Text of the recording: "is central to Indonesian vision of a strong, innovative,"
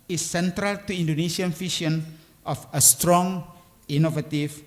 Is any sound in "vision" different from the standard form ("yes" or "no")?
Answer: yes